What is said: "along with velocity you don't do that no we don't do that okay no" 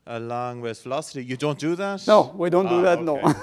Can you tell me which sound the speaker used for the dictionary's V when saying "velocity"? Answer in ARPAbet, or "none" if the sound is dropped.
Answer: F